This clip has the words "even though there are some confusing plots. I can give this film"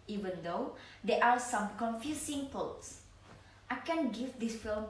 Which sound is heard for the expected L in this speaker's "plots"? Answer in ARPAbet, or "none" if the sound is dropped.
none